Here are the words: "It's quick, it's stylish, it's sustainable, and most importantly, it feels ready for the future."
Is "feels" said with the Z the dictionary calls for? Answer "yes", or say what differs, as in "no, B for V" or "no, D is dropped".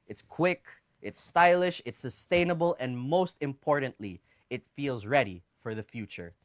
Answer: yes